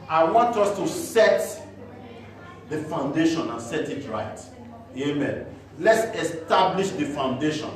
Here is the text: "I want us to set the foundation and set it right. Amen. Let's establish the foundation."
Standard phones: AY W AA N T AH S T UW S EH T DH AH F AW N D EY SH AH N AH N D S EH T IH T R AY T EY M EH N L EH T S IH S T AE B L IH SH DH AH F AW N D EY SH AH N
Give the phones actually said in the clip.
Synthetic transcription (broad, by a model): AY W AA N T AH S T UW S EH T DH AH F AW N D EY SH AH N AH N S EH T IH T R AY T EY M EH N L EH T S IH S T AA B L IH SH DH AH F AW N D EY SH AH N